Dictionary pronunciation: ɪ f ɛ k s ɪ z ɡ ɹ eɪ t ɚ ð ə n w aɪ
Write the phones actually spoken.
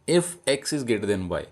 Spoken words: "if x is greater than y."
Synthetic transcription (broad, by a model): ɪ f ɛ k s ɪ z ɡ eɪ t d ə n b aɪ